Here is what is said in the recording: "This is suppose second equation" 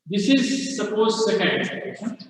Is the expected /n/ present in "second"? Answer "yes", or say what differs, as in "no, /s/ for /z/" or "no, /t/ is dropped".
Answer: no, /n/ is dropped